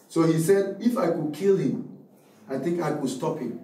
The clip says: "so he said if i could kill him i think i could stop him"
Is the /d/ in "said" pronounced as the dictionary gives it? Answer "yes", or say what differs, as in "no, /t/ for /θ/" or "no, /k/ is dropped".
yes